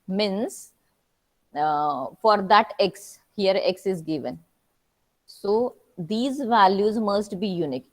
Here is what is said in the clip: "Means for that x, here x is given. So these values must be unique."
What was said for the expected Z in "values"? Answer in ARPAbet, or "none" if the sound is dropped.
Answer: Z